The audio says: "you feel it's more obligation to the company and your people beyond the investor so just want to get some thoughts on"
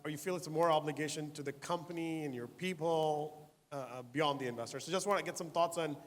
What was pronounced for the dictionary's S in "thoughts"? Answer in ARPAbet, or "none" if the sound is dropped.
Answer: S